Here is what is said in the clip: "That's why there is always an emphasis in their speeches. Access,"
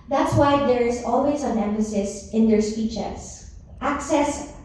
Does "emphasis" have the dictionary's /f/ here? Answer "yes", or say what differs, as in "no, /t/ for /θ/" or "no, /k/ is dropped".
no, /f/ is dropped